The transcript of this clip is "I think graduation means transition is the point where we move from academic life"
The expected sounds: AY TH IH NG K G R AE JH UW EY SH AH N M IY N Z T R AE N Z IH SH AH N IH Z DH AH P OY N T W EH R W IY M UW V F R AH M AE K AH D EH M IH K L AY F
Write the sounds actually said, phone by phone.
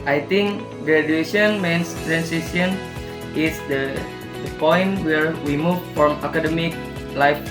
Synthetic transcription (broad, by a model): AY T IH NG K G R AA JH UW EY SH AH N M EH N S T R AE N S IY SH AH N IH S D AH P OY N T W EH R W IY M UW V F R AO M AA K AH D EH M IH K L AY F